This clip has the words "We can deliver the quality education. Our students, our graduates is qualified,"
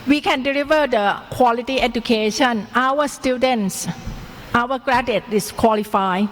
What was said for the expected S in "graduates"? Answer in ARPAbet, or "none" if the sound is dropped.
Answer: none